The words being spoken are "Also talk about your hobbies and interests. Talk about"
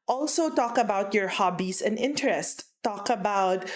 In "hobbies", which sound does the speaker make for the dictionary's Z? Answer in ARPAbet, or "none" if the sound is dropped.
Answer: S